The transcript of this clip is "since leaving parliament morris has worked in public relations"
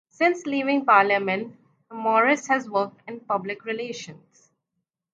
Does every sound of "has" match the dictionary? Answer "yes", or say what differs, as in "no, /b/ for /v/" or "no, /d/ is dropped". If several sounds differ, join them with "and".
yes